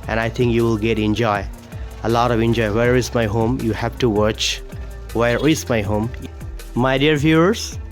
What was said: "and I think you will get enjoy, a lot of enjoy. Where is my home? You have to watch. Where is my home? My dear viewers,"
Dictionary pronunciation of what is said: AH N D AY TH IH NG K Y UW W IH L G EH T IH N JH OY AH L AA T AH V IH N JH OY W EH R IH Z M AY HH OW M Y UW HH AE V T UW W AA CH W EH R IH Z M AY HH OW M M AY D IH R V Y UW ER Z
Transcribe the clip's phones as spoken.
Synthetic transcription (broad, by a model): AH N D AY T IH NG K Y UW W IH L G EH T IH N JH OY AH L AA T AH V IH N JH OY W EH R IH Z M AY HH OW M Y UW HH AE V T UW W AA CH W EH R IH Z M AY HH OW M M AY D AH R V Y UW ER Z